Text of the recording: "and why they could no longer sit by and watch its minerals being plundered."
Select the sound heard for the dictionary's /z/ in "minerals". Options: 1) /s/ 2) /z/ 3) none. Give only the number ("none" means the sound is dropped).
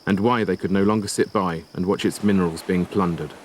2